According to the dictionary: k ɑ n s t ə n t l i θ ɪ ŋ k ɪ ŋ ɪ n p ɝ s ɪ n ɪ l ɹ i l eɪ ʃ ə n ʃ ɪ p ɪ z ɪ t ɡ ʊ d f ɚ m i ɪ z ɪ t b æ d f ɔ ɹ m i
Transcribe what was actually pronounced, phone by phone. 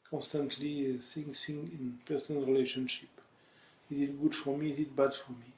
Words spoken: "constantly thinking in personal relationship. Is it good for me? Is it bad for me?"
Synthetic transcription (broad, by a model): k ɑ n s t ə n t l i s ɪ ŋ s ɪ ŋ ɪ n p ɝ s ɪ n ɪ l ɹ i l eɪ ʃ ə n ʃ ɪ p ɪ z ɪ t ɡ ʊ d f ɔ m i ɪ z ɪ t b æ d f ɔ ɹ m i